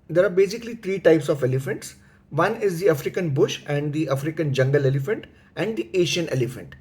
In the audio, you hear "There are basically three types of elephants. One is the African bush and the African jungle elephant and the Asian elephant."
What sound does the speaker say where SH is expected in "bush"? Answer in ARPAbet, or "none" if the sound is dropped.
SH